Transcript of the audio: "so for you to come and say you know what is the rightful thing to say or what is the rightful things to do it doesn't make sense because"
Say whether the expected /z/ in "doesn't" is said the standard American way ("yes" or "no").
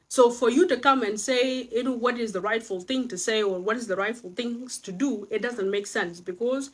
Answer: yes